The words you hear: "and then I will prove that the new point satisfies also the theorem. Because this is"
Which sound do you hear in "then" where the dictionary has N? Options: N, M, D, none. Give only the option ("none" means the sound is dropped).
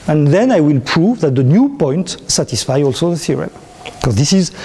N